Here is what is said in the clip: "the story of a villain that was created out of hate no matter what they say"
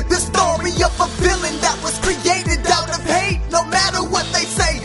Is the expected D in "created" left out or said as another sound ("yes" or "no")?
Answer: no